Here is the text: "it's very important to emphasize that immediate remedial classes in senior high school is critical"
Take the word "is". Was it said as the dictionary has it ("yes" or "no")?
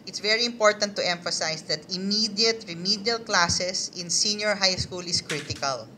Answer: no